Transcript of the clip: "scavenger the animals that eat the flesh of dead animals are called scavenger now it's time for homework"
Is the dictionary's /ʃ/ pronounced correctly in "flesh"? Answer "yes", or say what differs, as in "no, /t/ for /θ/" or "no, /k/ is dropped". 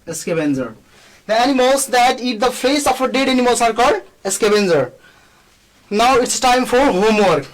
no, /s/ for /ʃ/